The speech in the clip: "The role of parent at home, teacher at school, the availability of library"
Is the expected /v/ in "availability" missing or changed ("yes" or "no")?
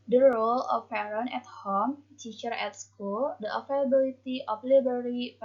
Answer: yes